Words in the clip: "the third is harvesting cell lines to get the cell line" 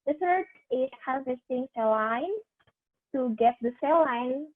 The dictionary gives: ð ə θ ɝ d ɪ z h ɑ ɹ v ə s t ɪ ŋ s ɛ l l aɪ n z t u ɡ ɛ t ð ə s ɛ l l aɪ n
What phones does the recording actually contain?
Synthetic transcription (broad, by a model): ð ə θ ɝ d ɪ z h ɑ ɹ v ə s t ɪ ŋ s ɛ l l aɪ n t u ɡ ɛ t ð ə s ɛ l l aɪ n